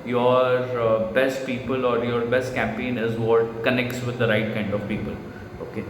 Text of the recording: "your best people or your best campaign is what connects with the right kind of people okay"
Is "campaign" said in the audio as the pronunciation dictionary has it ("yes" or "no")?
yes